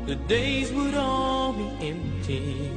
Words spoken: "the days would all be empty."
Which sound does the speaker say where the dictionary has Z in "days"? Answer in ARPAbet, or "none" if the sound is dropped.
Z